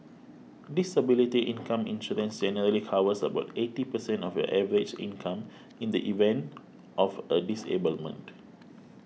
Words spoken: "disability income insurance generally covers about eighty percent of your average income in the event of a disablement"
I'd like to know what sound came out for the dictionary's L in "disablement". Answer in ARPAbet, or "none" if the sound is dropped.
L